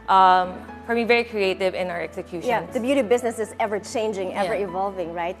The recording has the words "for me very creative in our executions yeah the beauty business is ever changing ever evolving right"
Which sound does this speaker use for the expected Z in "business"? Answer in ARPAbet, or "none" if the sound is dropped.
Z